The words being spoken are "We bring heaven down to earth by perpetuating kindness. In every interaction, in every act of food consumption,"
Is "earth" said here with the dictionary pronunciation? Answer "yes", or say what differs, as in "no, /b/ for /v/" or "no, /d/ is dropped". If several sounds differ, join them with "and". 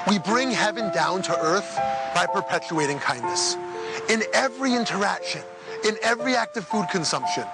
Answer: yes